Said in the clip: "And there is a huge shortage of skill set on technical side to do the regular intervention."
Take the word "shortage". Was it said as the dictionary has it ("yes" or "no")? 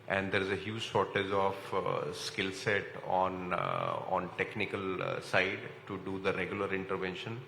no